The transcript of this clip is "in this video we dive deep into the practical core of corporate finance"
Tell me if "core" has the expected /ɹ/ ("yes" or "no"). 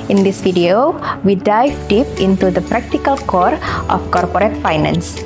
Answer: yes